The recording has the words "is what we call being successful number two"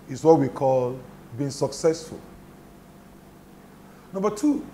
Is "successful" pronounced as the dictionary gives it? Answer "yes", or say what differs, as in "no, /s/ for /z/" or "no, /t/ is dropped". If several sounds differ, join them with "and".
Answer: yes